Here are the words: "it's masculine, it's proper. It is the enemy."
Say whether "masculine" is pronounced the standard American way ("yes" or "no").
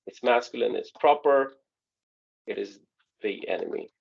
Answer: yes